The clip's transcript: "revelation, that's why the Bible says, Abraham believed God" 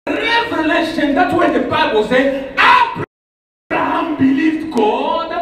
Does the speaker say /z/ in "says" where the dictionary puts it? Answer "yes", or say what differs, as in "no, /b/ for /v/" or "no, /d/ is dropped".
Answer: no, /z/ is dropped